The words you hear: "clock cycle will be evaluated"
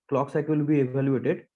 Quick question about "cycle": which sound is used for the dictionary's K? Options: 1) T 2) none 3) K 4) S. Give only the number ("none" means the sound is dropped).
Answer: 2